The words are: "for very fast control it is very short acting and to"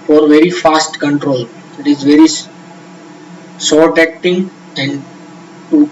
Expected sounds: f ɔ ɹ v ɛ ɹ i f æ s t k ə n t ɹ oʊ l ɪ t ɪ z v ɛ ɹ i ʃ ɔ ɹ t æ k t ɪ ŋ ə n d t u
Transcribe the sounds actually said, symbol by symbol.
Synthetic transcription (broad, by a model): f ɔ ɹ v ɛ ɹ i f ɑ s t k ə n t ɹ oʊ l ɪ t ɪ z v ɛ ɹ i s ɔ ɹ t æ k t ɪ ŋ ə n d t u